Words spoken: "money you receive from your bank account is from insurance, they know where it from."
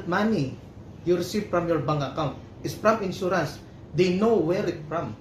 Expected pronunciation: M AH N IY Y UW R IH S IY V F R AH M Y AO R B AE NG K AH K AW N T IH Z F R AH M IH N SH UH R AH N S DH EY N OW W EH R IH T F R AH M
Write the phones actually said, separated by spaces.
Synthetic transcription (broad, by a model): M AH N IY Y UW R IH S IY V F R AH M Y AO R B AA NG AH K AW N T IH S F R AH M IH N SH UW R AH N S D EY N OW W EH R IH T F R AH M